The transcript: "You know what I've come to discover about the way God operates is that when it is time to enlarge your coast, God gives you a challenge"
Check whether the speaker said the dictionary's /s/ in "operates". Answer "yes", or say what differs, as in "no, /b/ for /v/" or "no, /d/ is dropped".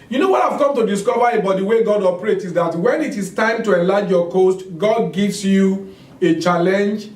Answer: no, /s/ is dropped